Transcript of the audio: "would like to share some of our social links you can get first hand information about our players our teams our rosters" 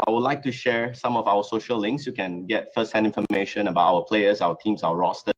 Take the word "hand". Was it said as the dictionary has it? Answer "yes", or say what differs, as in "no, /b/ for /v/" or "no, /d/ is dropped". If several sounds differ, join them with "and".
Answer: no, /d/ is dropped